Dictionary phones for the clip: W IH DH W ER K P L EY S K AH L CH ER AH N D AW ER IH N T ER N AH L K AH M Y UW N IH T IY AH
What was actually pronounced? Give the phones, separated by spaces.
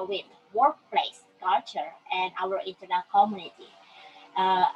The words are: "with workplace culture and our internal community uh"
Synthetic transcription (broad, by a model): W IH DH W ER K P L EY S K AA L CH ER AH N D AW ER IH N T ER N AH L K AH M Y UW N IH T IY